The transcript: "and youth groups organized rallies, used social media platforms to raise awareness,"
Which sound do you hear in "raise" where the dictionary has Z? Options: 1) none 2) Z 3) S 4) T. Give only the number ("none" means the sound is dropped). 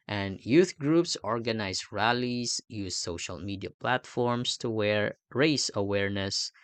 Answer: 3